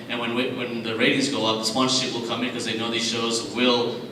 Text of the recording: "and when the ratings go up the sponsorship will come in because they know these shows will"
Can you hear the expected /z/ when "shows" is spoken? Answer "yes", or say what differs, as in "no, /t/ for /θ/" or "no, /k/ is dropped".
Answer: yes